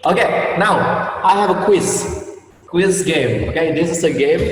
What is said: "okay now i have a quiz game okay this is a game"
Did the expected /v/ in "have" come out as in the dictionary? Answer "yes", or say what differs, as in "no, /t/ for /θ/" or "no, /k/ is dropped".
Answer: no, /w/ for /v/